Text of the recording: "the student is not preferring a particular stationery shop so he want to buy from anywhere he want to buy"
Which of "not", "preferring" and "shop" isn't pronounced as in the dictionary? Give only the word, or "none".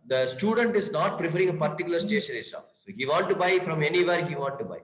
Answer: shop